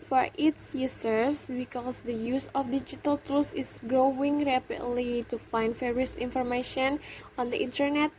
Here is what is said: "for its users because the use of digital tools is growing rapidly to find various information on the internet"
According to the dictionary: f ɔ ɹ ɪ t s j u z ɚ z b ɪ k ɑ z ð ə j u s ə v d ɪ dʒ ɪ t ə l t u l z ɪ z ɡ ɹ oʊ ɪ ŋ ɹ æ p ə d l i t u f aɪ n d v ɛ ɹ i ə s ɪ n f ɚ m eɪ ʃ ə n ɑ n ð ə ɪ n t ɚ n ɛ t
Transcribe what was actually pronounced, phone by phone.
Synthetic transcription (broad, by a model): f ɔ ɹ ɪ t s j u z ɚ s b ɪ k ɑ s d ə j u s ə f d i dʒ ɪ t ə l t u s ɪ s ɡ ɹ oʊ ɪ ŋ ɹ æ p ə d l i t u f aɪ n d f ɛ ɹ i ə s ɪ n f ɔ m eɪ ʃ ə n ɑ n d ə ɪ n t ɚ n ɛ t